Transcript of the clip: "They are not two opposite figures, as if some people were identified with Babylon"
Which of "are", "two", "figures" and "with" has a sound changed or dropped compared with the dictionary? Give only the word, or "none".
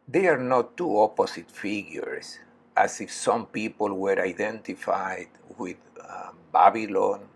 figures